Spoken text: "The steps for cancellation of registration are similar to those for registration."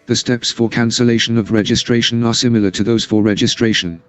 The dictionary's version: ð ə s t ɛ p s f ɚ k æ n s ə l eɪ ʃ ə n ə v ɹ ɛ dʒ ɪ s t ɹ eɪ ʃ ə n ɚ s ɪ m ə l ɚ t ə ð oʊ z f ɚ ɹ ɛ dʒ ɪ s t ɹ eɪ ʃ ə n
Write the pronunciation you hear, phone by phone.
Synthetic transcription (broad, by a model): ð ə s t ɛ p s f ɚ k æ n s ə l eɪ ʃ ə n ə v ɹ ɛ dʒ ɪ s t ɹ eɪ ʃ ə n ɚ s ɪ m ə l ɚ t ə ð oʊ z f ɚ ɹ ɛ dʒ ɪ s t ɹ eɪ ʃ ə n